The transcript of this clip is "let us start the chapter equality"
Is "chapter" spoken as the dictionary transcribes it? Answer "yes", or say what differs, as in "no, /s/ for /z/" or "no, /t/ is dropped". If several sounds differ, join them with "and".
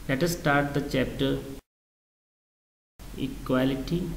yes